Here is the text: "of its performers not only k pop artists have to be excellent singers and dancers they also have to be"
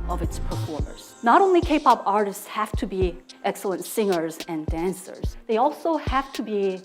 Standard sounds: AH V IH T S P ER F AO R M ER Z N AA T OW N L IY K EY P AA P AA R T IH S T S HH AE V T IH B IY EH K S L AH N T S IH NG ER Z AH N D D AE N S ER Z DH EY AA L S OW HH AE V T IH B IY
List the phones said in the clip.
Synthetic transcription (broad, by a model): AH V IH T S P ER F AO R M ER Z N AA T OW N L IY K EY P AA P AA R T IH S T S HH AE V T IH B IY EH K S L AH N T S IH NG ER Z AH N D D AE N S ER Z DH EY AA L S OW HH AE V T IH B IY